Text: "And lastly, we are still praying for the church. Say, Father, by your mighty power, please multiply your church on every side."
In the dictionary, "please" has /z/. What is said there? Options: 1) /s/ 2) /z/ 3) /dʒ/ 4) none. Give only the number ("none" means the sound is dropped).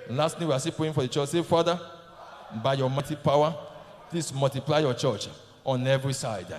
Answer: 1